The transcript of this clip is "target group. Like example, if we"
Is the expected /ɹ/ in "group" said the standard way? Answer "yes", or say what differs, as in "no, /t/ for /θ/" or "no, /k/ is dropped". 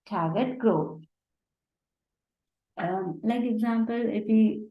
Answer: no, /ɹ/ is dropped